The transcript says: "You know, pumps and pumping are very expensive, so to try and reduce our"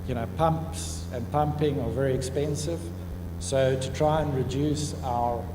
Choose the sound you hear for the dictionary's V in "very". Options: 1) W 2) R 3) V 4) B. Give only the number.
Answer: 3